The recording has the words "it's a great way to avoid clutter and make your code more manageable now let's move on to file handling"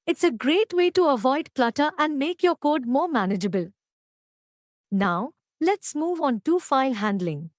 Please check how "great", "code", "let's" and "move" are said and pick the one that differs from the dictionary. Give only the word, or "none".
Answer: none